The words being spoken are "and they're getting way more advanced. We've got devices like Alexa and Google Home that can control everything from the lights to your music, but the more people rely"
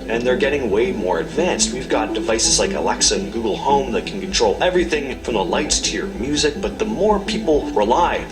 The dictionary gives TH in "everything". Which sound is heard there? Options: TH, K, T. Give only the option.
TH